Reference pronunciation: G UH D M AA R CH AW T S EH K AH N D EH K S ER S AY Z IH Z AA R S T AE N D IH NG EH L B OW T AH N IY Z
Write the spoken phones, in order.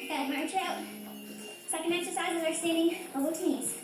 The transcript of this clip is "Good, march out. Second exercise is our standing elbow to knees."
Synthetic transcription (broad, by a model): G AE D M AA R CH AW S EH K AH N D EH K S ER S AY Z IH Z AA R S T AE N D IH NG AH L OW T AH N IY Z